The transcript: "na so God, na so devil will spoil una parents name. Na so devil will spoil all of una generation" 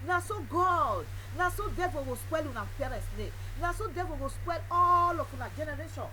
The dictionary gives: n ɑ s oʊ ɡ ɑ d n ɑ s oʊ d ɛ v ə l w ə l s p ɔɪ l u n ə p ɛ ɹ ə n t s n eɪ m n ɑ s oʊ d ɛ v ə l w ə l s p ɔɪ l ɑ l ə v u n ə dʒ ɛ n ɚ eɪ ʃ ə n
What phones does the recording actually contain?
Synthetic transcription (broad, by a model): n ɑ s oʊ ɡ ɑ d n ɑ s oʊ d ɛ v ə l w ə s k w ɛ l u n ə f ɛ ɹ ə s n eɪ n ɑ s oʊ d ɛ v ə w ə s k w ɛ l ɑ l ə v u n ə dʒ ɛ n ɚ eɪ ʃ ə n